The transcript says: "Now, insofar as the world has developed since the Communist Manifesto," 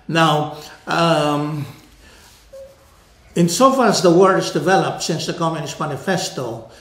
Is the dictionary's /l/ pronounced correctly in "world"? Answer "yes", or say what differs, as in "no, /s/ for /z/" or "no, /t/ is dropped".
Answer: no, /l/ is dropped